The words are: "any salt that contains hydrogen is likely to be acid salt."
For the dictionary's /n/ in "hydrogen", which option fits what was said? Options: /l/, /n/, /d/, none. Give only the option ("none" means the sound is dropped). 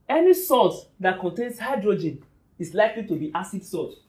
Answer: /n/